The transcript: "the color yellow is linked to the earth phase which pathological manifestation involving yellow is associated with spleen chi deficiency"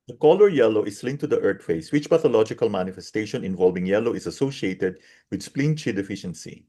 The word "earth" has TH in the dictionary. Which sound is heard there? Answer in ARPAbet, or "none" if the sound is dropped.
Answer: T